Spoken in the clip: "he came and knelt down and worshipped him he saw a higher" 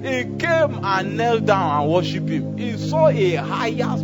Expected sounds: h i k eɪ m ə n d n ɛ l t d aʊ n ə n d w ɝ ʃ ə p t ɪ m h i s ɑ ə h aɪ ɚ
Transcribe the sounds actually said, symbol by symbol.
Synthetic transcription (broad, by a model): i k eɪ m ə n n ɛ l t d aʊ n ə n w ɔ ʃ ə p ɪ m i s ɑ ə h aɪ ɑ